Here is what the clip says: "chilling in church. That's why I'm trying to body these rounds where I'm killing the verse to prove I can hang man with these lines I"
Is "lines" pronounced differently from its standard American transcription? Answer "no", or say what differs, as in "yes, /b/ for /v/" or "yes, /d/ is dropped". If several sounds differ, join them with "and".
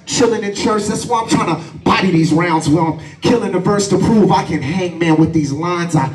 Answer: no